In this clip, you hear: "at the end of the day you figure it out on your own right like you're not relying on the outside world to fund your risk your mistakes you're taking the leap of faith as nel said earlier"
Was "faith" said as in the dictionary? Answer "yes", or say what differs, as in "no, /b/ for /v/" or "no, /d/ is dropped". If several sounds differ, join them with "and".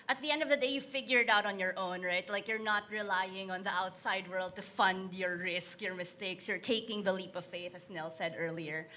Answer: yes